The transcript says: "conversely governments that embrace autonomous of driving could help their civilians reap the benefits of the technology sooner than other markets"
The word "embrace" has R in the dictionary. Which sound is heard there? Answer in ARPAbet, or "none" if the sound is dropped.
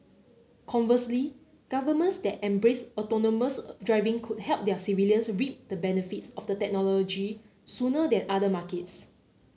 R